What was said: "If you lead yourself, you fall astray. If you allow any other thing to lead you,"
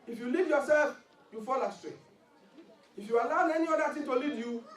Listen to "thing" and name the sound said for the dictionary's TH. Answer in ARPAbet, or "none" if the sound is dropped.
T